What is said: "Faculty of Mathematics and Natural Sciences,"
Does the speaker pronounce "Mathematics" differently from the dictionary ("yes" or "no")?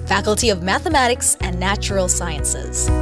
no